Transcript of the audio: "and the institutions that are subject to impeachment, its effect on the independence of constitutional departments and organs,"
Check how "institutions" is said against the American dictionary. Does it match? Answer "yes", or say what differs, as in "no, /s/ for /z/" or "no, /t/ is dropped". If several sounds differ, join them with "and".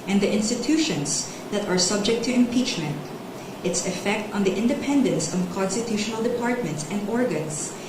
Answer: no, /s/ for /z/